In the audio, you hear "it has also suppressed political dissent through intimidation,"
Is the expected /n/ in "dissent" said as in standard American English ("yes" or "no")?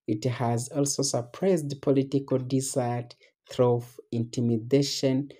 no